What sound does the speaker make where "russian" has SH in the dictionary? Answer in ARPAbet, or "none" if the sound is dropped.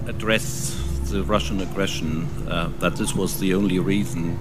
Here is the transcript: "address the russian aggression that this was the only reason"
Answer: SH